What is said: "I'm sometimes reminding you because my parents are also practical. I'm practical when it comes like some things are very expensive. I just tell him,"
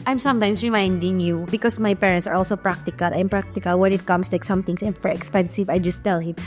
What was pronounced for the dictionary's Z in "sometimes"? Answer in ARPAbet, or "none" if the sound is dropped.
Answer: S